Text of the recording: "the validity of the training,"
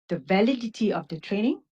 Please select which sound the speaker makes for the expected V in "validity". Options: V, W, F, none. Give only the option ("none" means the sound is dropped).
V